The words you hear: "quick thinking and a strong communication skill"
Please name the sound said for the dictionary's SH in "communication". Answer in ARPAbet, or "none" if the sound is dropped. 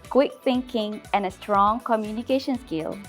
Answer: SH